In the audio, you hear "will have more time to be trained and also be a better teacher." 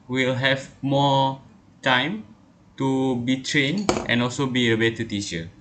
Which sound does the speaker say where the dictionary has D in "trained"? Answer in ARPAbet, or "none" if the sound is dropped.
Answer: none